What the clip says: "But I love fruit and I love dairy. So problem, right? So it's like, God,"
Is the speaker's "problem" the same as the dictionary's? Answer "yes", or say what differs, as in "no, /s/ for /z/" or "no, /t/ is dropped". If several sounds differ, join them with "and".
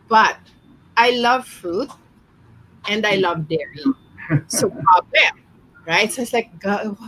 no, /ɹ/ is dropped and /l/ is dropped